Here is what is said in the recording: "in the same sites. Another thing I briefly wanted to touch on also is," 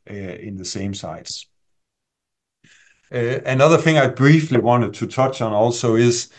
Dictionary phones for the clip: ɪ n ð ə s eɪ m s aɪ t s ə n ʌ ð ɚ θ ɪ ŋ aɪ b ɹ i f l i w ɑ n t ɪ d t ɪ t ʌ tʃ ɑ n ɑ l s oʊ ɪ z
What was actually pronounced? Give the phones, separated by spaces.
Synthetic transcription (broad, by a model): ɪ n ð ə s eɪ m s aɪ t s ə n ʌ ð ɚ θ ɪ ŋ aɪ b ɹ i f l i w ɑ n t ɪ d t ɪ t ʌ tʃ n ɑ l s oʊ ɪ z